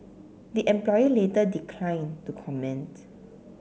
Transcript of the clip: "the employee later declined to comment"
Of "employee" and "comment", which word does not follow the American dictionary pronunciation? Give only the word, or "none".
none